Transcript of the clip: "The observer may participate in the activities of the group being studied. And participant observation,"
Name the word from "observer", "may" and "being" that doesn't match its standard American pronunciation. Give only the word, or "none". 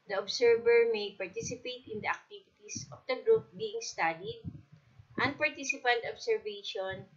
observer